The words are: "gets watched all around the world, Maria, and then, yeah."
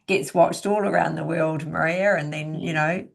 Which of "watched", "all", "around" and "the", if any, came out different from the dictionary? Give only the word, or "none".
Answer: none